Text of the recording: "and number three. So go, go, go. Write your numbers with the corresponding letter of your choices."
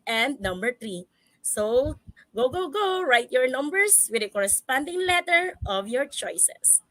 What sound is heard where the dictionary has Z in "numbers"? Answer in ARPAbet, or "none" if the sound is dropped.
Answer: S